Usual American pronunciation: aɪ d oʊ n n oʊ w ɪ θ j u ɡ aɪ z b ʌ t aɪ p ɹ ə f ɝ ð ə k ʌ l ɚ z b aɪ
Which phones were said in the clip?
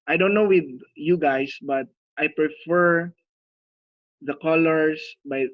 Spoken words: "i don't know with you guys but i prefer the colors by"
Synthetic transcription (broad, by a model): aɪ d oʊ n n oʊ w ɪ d j u ɡ aɪ s b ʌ t aɪ p ɹ ə f ɝ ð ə k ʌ l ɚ s b aɪ